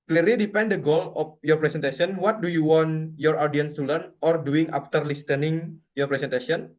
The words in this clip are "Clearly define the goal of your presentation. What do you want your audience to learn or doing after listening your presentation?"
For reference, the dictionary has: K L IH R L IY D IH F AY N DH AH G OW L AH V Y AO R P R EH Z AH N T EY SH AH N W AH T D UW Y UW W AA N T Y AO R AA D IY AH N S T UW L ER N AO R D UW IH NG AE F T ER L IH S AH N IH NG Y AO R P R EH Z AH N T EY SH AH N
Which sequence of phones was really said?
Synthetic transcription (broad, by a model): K L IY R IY D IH P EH N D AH G OW L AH F Y AO R P R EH S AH N T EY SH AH N W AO T D UW Y UW W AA N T Y AO R AA D IY AH N S T UW L ER N AO R D UW IH NG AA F T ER L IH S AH N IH NG Y AO R P R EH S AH N T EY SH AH N